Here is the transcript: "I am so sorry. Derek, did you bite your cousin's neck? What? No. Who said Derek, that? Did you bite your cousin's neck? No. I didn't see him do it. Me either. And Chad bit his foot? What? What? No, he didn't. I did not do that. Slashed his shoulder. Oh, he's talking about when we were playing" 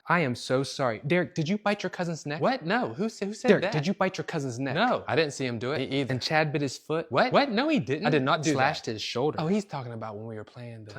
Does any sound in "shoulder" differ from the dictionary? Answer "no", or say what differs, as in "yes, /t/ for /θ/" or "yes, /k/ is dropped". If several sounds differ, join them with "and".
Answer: no